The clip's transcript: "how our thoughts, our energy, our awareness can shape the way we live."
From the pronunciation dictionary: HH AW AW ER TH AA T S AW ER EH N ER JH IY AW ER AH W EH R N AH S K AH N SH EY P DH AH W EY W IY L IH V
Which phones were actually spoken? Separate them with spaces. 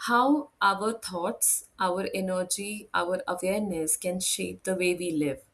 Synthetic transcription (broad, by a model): HH AW AW ER T AA T S AW ER EH N ER JH IY AW ER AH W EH R N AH S K AH N SH EY P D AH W EY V IY L IH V